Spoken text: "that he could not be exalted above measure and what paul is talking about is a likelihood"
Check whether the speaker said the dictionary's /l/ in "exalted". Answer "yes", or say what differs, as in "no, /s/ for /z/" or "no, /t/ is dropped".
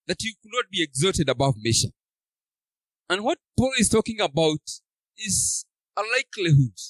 no, /l/ is dropped